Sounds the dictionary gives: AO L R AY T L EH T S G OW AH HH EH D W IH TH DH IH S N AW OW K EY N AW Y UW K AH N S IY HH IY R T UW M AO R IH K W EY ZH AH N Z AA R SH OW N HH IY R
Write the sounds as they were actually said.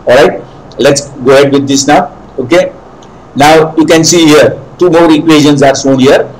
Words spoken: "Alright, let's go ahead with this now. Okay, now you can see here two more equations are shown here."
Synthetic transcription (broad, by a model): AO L R AY T L EH T S G OW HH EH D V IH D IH S N AW OW K EY N AW Y UW K AH N S IY HH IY R T UW M AO R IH K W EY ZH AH N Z AA R S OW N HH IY R